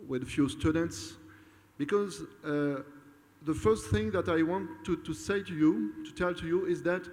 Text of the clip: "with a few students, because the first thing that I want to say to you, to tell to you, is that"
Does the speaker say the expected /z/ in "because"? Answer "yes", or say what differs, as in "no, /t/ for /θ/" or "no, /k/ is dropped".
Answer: yes